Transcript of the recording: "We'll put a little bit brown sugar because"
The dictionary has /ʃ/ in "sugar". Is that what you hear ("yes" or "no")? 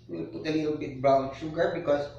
yes